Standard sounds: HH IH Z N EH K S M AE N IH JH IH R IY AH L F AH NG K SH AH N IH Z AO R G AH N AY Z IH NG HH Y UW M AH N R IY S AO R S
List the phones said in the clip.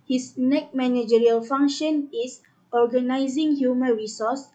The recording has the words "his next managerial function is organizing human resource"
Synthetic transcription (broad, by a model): HH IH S N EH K M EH N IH JH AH R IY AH L F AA NG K SH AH N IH S AO G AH N AY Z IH NG HH Y UW M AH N R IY S AO S